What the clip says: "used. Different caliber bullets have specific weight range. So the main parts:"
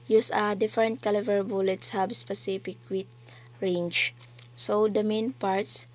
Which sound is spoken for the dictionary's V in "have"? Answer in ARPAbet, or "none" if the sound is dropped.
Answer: B